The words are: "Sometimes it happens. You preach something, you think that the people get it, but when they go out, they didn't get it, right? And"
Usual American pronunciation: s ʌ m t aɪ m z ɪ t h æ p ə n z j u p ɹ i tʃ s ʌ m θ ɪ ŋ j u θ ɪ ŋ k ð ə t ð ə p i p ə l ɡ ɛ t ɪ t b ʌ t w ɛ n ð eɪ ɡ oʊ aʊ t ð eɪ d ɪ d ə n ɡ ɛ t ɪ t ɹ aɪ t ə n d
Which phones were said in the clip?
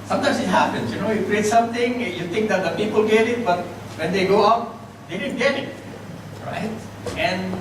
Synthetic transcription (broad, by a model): s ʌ m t aɪ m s ɪ t h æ p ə n s j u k ɹ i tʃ s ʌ m t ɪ ŋ j u t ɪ ŋ k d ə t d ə p i p ə l ɡ ɛ t ɪ t b ʌ t w ɛ n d eɪ ɡ oʊ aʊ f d eɪ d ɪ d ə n ɡ ɛ t ɪ t ɹ aɪ t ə n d